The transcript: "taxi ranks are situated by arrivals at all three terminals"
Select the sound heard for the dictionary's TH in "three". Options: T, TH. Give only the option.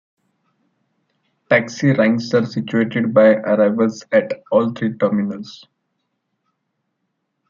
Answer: T